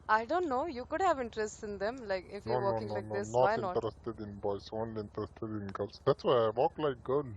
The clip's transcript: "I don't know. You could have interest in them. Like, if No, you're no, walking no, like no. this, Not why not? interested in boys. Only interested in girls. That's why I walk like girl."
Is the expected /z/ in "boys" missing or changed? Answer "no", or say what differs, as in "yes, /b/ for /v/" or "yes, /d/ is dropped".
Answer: yes, /s/ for /z/